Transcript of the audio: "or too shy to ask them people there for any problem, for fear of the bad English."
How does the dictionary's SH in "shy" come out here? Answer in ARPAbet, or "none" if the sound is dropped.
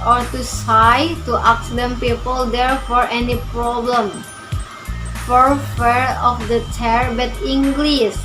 S